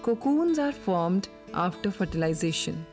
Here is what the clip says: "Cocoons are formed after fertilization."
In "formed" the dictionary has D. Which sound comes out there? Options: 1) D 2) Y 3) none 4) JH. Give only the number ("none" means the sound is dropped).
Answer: 1